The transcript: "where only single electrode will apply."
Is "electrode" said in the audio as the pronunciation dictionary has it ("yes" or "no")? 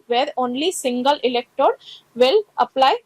no